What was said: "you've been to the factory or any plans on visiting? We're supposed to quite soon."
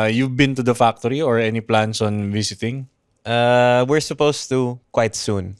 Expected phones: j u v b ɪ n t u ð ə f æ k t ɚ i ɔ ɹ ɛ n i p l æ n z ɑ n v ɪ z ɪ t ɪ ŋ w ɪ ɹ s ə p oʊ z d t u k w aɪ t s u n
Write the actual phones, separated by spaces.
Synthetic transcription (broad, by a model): j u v b ɪ n t u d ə f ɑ k t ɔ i ɔ ɹ ɛ n i p l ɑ n s ɑ n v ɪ s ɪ t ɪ ŋ w ɪ ɹ s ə p oʊ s t u k w aɪ t s u n